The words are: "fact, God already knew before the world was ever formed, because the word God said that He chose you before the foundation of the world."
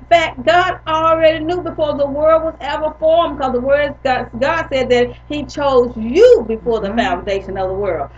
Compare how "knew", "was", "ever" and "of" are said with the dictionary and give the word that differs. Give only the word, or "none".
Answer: none